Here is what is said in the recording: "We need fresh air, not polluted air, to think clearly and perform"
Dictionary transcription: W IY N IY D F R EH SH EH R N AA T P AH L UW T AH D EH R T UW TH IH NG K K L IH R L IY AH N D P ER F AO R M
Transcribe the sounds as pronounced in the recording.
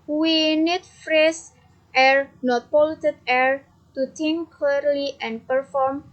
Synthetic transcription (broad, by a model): W IY N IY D F R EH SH EH R N AA T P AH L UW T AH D EH R T UW T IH NG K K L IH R L IY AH N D P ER F AO R M